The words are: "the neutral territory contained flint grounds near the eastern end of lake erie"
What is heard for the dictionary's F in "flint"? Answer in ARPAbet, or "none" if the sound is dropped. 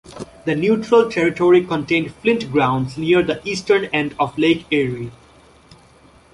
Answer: F